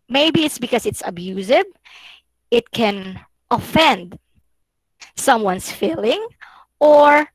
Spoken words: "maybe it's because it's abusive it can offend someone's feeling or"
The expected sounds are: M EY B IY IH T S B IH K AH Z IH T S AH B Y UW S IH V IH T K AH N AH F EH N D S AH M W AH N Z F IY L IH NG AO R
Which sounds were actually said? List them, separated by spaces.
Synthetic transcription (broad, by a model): M EY B IY IH T S B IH K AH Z IH T S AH B Y UW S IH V IH T K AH N AH F EH N D S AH M W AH N S F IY L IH NG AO R